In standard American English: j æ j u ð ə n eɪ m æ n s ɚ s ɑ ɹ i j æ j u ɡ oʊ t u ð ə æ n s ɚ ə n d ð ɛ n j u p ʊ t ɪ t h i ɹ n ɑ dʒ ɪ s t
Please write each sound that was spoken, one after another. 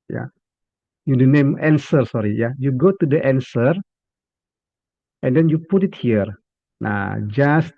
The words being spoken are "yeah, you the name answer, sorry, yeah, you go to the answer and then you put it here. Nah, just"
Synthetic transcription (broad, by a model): j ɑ j u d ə n eɪ m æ n s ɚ s ɑ ɹ i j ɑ j u ɡ oʊ t u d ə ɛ n s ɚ ə n d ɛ n j u p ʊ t ɪ t h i ɹ n ɑ dʒ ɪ s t